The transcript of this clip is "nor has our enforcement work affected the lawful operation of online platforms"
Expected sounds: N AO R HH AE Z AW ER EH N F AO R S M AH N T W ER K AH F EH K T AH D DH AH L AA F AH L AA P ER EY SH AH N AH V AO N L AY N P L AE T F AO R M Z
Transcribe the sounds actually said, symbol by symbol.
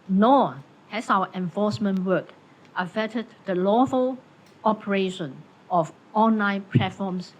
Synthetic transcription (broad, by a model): N AO HH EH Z AW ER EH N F AO S M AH N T W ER K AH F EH T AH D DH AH L AA F AH L AA P ER EY SH AH N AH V AO N L AY N P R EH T F AO M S